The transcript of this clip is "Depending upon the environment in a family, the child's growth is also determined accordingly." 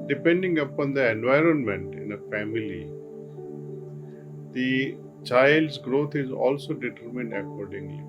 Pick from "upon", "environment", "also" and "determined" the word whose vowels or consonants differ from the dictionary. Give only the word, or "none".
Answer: none